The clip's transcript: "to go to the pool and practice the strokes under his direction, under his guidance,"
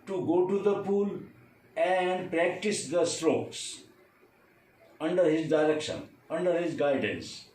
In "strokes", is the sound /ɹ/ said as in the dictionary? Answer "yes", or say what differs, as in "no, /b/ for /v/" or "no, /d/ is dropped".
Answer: yes